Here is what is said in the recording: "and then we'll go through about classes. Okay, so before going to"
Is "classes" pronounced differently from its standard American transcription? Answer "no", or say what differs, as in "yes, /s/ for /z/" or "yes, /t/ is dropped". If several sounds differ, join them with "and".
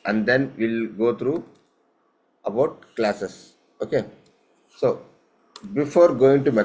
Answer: yes, /s/ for /z/